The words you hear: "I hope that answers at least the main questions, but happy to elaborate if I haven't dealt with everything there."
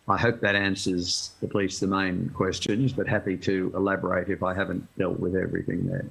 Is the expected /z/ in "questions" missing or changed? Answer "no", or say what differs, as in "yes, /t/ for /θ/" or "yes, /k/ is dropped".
no